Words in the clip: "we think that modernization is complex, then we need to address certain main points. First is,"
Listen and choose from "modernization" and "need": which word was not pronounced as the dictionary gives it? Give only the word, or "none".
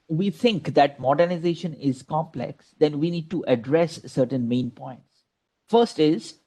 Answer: none